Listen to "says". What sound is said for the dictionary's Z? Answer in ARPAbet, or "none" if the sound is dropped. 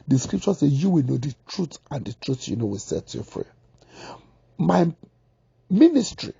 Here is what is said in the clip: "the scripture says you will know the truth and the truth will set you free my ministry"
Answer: none